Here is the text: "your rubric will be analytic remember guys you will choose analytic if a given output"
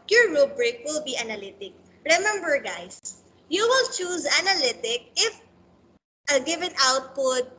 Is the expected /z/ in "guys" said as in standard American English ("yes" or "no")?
no